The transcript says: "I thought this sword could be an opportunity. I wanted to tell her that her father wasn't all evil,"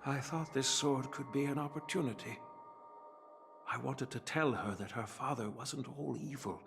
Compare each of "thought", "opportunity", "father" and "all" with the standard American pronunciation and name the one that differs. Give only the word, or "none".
none